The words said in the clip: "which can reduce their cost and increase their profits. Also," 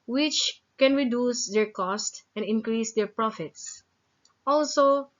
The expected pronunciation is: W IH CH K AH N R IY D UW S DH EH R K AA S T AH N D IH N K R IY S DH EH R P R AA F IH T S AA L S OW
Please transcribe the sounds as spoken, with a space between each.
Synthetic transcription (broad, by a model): W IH CH K AH N R IY D UW S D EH R K AA S T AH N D IH N K R IY S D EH R P R AA F IH T S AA L S OW